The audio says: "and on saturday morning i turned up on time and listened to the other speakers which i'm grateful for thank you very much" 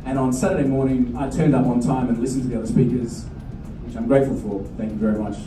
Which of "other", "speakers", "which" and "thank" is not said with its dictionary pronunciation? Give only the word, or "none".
none